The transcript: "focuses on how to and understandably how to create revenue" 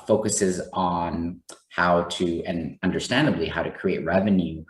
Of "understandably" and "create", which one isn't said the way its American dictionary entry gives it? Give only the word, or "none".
none